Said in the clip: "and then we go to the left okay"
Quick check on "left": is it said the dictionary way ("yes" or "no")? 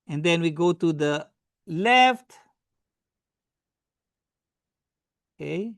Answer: yes